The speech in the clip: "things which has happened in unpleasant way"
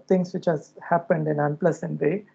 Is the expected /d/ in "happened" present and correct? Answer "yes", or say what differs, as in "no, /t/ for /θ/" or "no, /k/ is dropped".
yes